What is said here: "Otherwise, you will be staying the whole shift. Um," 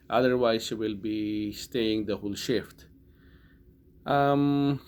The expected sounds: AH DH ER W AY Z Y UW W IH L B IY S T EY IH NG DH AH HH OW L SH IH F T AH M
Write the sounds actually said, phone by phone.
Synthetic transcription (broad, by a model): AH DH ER W AY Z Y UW W IH L B IY S T EY IH NG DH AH HH OW L SH IH F T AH M